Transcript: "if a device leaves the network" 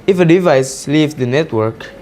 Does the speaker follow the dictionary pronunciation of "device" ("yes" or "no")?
yes